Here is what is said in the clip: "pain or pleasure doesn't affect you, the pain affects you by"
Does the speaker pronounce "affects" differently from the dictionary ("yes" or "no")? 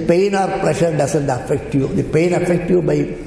yes